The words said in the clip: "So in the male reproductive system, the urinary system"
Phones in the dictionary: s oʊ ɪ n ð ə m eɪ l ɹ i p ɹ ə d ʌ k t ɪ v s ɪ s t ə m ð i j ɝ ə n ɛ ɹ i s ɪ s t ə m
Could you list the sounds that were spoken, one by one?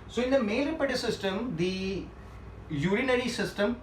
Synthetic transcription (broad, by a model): s oʊ ɪ n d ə m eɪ ɹ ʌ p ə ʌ t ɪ s ɪ s t ə m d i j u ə n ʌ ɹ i s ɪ s t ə m